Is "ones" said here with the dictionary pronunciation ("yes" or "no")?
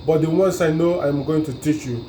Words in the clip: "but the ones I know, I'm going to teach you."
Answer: no